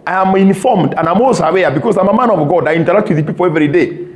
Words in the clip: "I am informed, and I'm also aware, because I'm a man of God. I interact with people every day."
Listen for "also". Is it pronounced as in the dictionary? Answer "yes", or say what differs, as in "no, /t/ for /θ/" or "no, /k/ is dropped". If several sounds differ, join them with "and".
no, /l/ is dropped